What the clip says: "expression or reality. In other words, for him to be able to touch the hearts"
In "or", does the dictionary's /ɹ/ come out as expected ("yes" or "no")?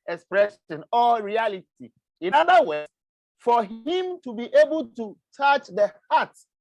no